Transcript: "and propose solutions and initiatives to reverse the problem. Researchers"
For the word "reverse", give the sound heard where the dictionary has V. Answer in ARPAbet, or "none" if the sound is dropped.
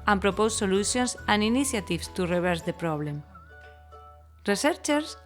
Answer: B